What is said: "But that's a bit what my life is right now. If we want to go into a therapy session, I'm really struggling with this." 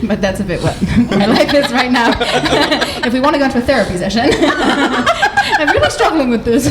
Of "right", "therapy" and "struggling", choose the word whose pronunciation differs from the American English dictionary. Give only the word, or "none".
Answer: none